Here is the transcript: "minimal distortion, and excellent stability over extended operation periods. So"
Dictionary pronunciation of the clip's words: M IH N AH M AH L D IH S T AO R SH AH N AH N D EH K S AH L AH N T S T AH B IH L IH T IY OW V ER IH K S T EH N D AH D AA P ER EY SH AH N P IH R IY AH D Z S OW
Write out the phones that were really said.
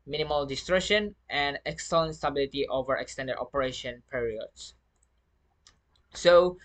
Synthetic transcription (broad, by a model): M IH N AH M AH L D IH S T R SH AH N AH N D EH K S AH L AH N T S T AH B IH L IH T IY OW V ER IH K S T EH N D AH D AA P ER EY SH AH N P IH R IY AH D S S OW